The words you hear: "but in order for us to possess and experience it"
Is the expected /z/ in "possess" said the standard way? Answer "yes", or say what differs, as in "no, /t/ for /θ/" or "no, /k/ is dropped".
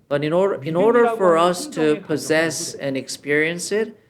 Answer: yes